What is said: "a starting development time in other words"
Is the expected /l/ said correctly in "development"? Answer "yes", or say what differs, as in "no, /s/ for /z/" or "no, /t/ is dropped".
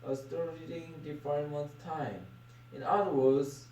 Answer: no, /l/ is dropped